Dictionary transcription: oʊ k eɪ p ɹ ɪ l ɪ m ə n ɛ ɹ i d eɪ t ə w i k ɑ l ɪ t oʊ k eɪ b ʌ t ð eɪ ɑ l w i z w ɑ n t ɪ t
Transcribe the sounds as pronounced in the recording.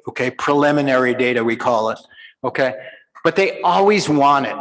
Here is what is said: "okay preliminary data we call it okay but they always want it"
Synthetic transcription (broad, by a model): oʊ k eɪ p ɹ ɪ l ɪ m ə n ɛ ɹ i d eɪ t ə w i k ɑ l ɪ t oʊ k eɪ b ʌ t ð eɪ ɑ l w i z w ɑ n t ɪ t